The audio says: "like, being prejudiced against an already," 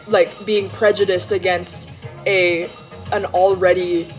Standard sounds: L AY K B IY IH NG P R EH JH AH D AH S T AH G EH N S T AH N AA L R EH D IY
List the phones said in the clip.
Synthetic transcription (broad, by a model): L AY K B IY IH NG P R EH JH AH D AH S T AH G EH N S T AH N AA L R EH D IY